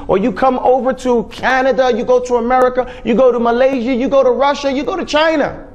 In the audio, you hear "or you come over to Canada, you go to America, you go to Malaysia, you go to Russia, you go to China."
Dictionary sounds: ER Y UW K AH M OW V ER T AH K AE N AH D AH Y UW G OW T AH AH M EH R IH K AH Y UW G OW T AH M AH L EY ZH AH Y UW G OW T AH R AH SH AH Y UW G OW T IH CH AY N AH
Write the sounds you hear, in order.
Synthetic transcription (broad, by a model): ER Y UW K AH M OW V ER T AH K AE N AH D AH Y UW G OW T AH AH M EH R IH K AH Y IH G OW T AH M AH L EY ZH AH Y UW G OW T AH R AH SH AH Y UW G OW T IH CH AY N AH